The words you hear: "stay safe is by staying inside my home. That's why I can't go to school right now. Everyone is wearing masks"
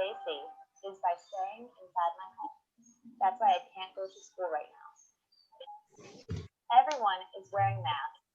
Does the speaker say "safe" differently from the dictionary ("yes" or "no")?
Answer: yes